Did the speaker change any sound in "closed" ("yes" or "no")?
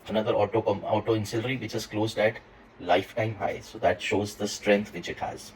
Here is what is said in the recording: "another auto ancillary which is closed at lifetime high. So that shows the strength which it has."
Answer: no